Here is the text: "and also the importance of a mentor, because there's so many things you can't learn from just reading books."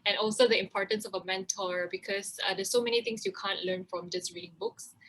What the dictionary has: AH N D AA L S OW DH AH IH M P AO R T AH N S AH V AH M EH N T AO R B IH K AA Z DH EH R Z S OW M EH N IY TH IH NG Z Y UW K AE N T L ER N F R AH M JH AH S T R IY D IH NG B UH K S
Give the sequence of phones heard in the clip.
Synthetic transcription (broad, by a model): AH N AA L S OW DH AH IH M P AO R T AH N S AH V AH M EH N T AO R B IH K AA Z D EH S OW M EH N IY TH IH NG S Y UW K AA N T L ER N F R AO M JH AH S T R IY D IH NG B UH K S